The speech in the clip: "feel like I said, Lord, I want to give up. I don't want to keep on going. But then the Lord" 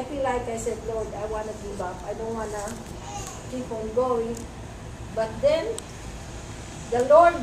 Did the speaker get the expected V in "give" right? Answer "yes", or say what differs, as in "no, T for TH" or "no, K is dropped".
no, B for V